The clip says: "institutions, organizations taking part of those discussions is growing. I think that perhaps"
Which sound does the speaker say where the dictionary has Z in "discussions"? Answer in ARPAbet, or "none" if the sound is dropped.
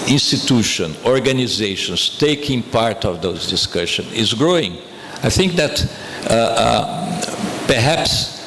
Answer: none